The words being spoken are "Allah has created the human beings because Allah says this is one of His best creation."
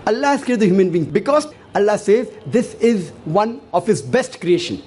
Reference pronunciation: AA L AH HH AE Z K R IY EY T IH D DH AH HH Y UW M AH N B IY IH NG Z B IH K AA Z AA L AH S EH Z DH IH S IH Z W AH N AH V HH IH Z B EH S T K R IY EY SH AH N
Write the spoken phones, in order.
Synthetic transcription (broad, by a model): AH L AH HH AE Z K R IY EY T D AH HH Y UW M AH N B IY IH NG B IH K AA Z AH L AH S EH Z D IH S IH Z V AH N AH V HH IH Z B EH S T K R IY EY SH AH N